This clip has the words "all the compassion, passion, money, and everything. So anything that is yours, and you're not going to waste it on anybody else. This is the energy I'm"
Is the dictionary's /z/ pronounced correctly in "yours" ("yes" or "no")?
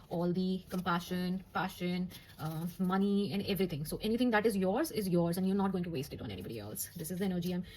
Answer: yes